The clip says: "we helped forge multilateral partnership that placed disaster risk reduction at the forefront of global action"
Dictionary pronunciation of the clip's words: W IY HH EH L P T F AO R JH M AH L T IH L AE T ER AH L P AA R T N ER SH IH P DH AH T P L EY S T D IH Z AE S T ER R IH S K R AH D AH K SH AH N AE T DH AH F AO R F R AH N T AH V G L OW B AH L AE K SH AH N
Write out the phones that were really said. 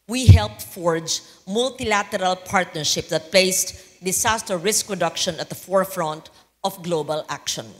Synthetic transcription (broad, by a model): W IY HH EH L P T F AO R JH M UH L T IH L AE T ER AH L P AA R T N ER SH IH P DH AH T P L EY S T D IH S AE S T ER R IH S K R AH D AH K SH AH N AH T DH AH F AO R F R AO N T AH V G L OW B AH L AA K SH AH N